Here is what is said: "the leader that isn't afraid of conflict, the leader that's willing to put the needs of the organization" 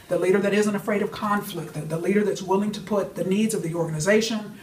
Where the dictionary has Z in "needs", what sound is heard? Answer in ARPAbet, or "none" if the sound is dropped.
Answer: Z